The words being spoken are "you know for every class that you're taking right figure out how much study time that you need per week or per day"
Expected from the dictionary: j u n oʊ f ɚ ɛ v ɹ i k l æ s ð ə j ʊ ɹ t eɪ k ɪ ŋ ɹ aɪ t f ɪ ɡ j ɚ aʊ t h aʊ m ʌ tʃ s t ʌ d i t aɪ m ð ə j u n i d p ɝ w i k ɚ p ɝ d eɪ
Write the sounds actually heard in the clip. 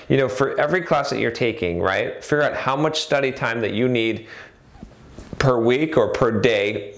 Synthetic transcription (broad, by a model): j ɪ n oʊ f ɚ ɛ v ɹ i k l æ s ð ə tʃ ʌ ɹ t eɪ k ɪ ŋ ɹ aɪ t f ɪ ɡ j ɚ aʊ t h aʊ m ʌ tʃ s t ʌ d i t aɪ m ð ə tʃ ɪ n i d p ɝ w i k ɚ p ɝ d eɪ